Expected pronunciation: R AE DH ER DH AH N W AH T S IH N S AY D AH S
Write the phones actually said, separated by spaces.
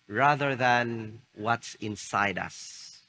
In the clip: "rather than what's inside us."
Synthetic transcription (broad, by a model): R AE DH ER DH AH N W AH T S IH N S AY D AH S